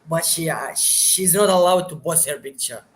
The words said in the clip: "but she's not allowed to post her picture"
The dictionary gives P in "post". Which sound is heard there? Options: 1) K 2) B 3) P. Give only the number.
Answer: 2